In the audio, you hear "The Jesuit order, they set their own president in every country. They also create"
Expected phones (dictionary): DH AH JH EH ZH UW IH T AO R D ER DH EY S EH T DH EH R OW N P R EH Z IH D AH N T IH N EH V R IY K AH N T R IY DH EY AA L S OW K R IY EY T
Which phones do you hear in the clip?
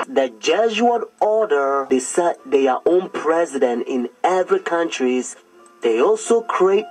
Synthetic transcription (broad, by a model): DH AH JH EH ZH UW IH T AO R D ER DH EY S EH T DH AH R OW N P R EH Z IH D AH N T IH N EH V R IY K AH N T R IY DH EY AA L S OW K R IY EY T